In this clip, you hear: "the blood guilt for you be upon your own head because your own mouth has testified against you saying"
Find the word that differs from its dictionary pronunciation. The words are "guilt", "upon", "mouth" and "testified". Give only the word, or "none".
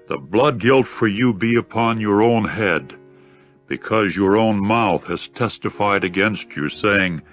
none